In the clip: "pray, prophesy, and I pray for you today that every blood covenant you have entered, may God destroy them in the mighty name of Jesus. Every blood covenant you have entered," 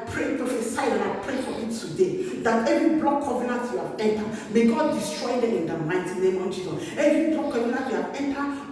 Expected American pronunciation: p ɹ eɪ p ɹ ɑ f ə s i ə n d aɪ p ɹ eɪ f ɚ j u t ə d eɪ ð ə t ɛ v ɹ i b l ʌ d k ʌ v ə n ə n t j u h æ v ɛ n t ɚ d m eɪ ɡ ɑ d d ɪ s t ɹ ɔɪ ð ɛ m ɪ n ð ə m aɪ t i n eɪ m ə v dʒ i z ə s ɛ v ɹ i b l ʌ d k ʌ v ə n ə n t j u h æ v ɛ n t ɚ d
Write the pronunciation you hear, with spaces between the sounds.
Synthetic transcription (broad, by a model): p ɹ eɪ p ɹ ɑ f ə s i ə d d aɪ p ɹ eɪ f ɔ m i t ə d eɪ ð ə t ɛ v ɹ i b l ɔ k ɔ v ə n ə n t j u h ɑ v ɛ n t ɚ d m eɪ ɡ ɑ d d ɪ s t ɹ ɔɪ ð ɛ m ɪ n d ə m aɪ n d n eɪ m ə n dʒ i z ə ɛ v ɹ i b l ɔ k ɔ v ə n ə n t j u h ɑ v ɛ n t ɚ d